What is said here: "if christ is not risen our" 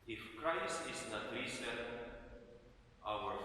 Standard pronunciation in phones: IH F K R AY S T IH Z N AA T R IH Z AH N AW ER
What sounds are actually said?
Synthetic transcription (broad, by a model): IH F K R AY S T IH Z N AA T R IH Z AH AW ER